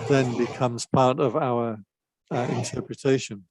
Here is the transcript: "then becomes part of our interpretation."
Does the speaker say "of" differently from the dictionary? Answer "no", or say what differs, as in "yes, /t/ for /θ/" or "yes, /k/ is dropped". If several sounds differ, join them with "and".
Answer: no